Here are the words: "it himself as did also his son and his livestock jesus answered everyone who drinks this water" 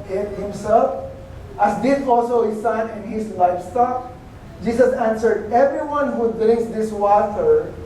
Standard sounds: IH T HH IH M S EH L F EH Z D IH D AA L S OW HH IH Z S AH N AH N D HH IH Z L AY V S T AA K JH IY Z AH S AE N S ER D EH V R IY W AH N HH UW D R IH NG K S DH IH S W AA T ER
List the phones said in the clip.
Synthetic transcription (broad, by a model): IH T HH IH M S EH L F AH S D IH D AA L S OW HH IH S AH N AH N D HH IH S L AY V S T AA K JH IY S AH S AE N S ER D EH V R IY W AH N HH UW D R IH NG K S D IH S W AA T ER